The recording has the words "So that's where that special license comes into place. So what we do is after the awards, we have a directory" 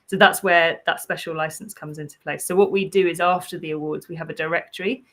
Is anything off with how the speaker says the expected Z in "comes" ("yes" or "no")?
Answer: no